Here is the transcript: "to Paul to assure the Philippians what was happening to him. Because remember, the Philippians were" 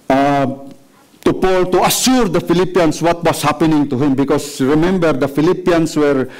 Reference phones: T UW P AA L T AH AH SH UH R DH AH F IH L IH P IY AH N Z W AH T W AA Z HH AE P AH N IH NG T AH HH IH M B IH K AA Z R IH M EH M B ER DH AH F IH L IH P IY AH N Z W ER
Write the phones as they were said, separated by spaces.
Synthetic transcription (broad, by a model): T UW P AA L T AH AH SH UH R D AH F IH L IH P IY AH N S W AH T W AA S HH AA P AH N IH NG T AH HH IH M B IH K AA S R IH M EH M B ER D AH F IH L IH P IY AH N S W ER